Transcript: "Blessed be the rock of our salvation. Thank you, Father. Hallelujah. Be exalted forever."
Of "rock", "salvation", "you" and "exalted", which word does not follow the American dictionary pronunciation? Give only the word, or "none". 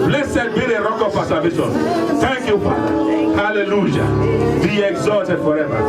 salvation